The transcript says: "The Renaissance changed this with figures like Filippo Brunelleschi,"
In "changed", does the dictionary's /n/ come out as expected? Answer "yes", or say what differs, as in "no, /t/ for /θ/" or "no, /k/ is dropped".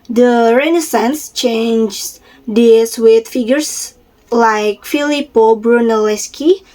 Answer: yes